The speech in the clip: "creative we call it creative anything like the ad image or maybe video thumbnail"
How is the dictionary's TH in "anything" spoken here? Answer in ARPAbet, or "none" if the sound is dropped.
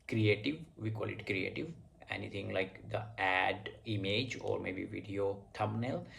T